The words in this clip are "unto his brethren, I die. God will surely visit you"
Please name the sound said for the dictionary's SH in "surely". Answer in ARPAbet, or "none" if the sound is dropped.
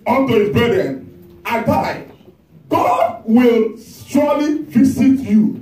S